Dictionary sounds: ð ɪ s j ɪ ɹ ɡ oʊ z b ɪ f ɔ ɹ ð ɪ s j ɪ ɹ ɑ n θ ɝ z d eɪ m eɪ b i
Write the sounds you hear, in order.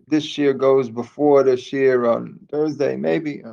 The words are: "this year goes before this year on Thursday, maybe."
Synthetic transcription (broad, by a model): ð ɪ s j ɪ ɹ ɡ oʊ z b ɪ f ɔ ɹ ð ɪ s j ɪ ɹ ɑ n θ ɝ z d eɪ m eɪ b i